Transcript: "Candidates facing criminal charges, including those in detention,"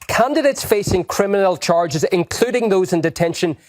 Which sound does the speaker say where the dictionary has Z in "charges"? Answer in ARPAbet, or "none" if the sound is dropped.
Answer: Z